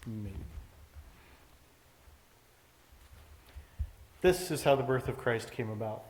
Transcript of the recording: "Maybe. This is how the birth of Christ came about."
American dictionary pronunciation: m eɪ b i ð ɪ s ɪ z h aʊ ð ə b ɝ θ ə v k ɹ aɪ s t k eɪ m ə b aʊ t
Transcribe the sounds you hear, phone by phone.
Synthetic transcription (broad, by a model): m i ð ɪ s ɪ z h aʊ ð ə b ɝ θ ə v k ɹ aɪ s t k eɪ m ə b aʊ t